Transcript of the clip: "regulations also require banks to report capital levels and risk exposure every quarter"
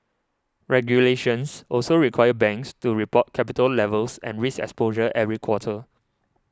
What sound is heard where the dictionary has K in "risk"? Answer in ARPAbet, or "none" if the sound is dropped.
none